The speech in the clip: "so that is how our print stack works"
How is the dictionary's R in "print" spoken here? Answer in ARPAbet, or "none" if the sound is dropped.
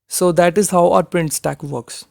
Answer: R